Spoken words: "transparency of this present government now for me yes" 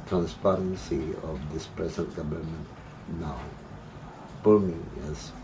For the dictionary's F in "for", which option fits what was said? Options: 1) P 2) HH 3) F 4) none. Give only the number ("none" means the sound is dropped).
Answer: 1